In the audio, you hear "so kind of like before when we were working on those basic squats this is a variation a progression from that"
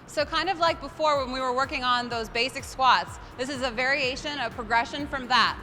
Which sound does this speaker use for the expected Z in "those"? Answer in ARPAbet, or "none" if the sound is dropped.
Z